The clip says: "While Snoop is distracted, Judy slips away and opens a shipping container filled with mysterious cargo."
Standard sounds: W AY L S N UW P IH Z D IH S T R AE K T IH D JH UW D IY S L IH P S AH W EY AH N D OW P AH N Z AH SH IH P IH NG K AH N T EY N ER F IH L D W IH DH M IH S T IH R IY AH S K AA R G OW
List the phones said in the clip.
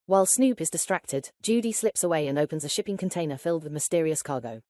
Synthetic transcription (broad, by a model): W AY L S N UW P IH Z D IH S T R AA K T IH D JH UW D IY S L IH P S AH W EY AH N OW P AH N Z AH SH IH P IH NG K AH N T EY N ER F IH L D W IH DH M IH S T IH R IY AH S K AA G OW